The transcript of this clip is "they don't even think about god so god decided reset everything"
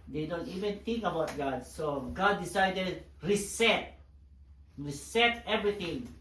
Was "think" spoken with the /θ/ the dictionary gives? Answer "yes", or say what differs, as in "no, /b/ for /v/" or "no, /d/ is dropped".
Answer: no, /t/ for /θ/